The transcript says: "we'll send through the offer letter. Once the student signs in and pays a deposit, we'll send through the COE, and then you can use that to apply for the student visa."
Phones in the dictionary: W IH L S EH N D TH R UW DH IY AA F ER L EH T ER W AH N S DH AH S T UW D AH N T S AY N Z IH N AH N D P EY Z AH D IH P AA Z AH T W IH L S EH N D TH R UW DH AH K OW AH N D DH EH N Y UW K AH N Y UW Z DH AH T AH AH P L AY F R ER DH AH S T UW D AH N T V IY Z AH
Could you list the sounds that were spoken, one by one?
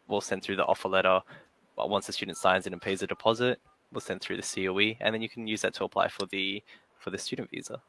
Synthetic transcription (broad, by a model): W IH L S EH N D TH R UW DH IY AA F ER L EH T ER W AH N S DH AH S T UW D N T S AY N Z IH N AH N P EY Z AH D IH P AA Z AH T W IH L S EH N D TH R UW DH AH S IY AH N DH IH N Y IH K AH N Y UW Z DH AH T AH AH P L AY F R ER DH AH S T UW D N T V IY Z AH